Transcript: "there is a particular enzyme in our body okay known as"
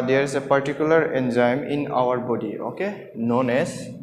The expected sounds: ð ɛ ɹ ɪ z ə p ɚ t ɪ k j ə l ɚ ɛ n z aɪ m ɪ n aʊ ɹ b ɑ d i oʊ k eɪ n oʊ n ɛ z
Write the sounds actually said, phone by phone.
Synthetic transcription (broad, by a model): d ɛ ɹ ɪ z ə p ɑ t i k j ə l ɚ ɛ n z aɪ m ɪ n aʊ ɹ b ɑ d i oʊ k eɪ n oʊ n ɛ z